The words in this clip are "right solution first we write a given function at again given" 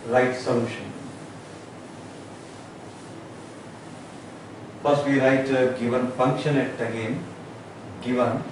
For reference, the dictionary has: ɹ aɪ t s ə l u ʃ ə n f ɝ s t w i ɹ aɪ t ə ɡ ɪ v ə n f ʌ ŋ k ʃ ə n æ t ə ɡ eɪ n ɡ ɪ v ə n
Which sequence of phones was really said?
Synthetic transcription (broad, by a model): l aɪ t s ə l u ʃ ə n p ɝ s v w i ɹ aɪ t ə ɡ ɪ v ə n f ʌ ŋ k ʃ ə n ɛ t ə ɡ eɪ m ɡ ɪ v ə n